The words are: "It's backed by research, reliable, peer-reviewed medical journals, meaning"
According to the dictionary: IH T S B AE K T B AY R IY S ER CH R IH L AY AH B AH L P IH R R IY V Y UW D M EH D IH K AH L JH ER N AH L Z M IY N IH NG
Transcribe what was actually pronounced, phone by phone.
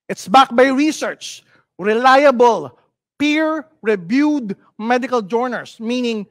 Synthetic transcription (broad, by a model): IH T S B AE K B AY R IY S ER CH R IH L AY AH B AH L P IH R R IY B Y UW D M EH D IH K AH L JH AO N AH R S M IY N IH NG